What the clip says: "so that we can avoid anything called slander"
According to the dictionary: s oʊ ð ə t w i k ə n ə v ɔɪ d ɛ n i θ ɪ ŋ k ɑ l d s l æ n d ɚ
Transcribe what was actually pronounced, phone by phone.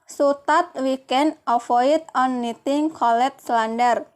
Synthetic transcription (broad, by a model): s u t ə t w i k ə n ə f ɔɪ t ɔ n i t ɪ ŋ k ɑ l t s l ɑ n d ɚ